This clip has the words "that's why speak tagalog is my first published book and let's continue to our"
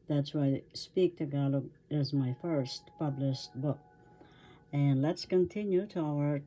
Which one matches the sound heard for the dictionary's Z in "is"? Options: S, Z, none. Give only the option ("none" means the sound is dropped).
Z